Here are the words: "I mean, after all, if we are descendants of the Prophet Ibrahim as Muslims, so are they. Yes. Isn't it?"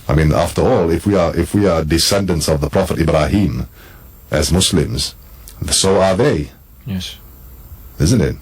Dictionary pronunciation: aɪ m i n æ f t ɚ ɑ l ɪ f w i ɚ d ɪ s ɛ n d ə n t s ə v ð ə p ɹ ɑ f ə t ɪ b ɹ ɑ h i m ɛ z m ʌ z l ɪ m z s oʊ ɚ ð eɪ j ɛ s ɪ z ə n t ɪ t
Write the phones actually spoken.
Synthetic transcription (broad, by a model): aɪ m i n æ f t ɚ ɑ l ɪ f w i ɚ d ɪ s ɛ n d ə n t s ə v ð ə p ɹ ɑ f ə t ɪ b ɹ ɑ h i m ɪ z m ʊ s l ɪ m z s oʊ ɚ ð eɪ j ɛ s ɪ z ə n t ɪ t